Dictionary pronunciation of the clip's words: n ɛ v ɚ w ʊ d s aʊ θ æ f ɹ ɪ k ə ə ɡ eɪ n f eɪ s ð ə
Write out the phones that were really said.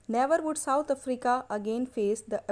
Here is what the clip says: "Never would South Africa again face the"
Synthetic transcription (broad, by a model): n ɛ v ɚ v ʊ d s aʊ t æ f ɹ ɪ k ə ə ɡ eɪ n f eɪ s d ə